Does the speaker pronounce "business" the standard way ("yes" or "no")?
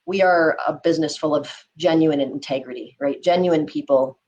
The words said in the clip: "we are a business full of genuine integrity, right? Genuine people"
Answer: yes